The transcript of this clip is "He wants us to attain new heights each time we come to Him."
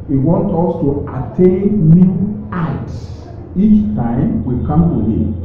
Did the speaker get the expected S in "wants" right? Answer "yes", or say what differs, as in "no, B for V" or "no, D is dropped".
no, S is dropped